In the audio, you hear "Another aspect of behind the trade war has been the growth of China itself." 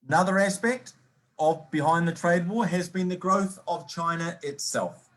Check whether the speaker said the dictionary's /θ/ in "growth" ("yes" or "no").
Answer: yes